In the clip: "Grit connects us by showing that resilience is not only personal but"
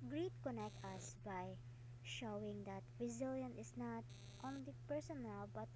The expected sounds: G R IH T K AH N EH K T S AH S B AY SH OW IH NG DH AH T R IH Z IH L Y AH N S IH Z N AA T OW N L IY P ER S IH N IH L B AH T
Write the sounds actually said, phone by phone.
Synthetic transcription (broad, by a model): G R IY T K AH N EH K T AH S B AY SH OW IH NG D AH T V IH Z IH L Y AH N IH S N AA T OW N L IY P ER S IH N IH L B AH T